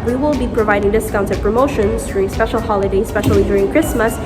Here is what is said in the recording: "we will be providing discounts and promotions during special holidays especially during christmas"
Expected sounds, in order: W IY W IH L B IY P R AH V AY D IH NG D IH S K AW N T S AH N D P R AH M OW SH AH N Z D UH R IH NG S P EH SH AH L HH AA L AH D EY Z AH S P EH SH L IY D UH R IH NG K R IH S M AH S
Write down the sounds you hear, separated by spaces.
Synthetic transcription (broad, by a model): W IY W IH L B IY P R AH V AY D IH NG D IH S K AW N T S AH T P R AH M OW SH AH N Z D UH R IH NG S P EH SH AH L HH AA L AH D EY AH S P EH SH L IY D UH R IH NG K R IH S M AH S